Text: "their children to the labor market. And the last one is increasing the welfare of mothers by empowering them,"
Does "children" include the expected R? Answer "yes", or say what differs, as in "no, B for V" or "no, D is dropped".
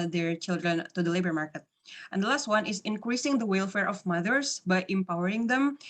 yes